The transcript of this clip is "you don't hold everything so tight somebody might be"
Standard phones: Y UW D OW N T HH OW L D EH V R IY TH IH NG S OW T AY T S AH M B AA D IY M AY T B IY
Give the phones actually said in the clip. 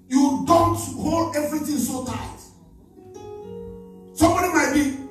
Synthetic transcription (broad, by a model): Y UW D OW N T HH OW L D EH V R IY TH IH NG S OW T AY T S AH M B AA D IY M AY T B IY